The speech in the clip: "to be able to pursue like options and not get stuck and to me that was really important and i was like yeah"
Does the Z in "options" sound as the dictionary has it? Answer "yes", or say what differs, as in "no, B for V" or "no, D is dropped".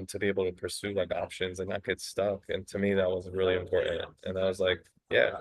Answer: yes